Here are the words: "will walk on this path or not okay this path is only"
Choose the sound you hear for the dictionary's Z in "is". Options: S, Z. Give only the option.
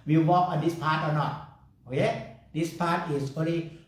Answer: S